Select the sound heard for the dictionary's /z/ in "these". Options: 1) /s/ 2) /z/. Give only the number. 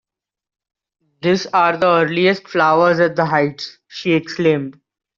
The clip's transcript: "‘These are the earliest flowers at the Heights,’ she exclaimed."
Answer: 1